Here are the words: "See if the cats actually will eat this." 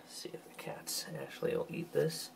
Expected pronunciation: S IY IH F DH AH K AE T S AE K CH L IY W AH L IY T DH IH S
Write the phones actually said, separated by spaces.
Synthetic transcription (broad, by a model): S IY IH F DH AH K AE T S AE K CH IY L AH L IY T DH IH S